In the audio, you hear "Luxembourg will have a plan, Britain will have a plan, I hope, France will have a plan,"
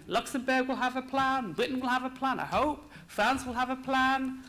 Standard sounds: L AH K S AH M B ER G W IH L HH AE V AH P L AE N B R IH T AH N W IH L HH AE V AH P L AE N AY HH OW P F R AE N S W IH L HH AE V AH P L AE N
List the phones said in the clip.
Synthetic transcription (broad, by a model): L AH K S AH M B ER G W IH L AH V AH P L AE N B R IH T N W IH L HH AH V AH P L AE N AY HH OW P F R AE N S W IH L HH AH V AH P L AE N